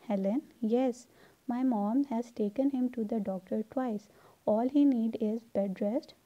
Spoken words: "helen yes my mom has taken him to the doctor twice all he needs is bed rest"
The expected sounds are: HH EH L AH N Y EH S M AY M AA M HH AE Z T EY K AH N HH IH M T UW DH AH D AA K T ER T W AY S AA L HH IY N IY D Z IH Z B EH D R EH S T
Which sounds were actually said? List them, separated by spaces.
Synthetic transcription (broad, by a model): HH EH L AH N Y EH S M AY M AA M HH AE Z T EY K AH N HH IH M T UW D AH D AA K T ER T W AY S AA L HH IY N IY D IH Z B EH D R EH S T